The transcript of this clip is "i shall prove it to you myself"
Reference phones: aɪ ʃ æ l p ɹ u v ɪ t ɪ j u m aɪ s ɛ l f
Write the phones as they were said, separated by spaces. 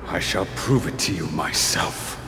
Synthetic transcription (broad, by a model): aɪ ʃ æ l p ɹ u v ɪ t ɪ j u m aɪ s ɛ l f